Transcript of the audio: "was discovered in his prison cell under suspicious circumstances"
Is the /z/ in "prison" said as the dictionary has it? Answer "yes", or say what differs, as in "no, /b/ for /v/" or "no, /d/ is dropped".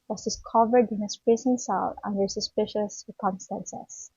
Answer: no, /s/ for /z/